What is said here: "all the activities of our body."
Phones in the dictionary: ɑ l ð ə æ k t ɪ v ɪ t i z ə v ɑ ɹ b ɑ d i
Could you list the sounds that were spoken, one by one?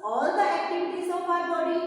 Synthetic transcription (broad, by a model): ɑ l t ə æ k t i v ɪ t i s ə p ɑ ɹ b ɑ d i